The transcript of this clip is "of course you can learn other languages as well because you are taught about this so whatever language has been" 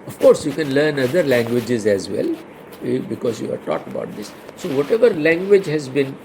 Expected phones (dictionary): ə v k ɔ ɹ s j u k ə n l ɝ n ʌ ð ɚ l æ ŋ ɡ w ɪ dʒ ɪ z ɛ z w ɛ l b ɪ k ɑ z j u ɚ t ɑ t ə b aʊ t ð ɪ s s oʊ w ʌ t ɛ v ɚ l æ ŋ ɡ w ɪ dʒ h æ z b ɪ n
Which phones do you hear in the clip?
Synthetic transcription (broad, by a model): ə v k ɔ ɹ s j u k ə n l ɝ n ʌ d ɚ l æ ŋ ɡ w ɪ dʒ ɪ z ɛ z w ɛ l b ɪ k ɑ z j u ɚ t ɑ t ə b aʊ t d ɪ s s oʊ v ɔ t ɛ v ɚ l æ ŋ ɡ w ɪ dʒ h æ z b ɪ n